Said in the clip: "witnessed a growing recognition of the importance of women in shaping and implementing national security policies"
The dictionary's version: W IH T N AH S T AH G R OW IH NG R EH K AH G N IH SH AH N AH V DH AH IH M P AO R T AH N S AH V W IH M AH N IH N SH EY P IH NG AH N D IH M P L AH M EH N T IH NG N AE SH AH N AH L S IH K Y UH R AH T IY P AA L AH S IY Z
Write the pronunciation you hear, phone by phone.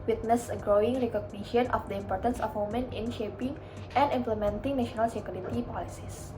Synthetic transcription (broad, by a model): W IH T N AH S AH G R OW IH NG R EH K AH G N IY SH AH N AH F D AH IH M P AO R T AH N S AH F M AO M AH N IH N SH EY P IH NG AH N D IH M P L AH M EH N T IH NG N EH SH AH N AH L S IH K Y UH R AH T IY P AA L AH S IY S